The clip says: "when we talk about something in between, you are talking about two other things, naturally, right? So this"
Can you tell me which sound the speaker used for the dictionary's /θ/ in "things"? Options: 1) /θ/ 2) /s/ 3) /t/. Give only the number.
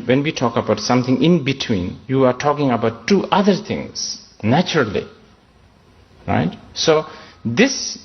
3